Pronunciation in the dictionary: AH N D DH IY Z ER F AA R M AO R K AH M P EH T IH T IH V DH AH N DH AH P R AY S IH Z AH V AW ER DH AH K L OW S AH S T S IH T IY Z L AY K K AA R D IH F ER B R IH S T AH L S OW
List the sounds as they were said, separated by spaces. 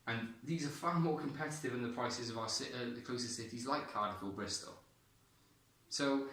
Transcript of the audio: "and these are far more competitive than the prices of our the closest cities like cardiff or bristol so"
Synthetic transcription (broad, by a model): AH N DH IY Z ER F AA M AO K AH M P EH T IH T IH V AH N DH AH P R AY S IH Z AH V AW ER DH AH K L OW S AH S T S IH T IY Z L AY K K AA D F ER B R IH S T AH L S OW